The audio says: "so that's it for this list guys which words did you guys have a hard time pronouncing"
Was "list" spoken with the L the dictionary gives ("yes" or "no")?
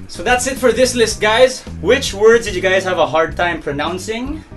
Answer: yes